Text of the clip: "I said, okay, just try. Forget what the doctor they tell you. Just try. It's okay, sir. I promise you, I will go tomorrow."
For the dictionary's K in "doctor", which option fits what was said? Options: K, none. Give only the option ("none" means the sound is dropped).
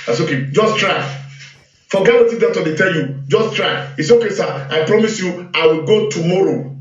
none